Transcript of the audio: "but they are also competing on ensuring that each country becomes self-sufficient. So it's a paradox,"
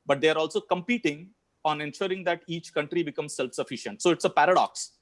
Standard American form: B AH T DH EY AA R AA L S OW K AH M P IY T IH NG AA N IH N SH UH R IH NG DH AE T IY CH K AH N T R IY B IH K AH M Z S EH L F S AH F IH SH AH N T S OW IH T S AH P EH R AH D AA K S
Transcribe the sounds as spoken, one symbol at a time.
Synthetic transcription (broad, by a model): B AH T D EY AA R AA L S OW K AH M P IY T IH NG AA N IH N SH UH R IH NG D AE T IY CH K AH N T R IY B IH K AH M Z S EH L F S AH F IH SH AH N T S OW IH T S AH P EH R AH D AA K S